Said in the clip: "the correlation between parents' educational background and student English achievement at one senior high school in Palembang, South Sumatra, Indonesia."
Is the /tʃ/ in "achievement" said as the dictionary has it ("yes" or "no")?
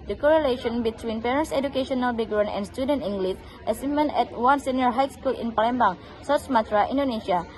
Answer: no